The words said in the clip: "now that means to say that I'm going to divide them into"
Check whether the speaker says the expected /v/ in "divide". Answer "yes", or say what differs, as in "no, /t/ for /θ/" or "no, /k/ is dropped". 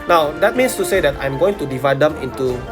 yes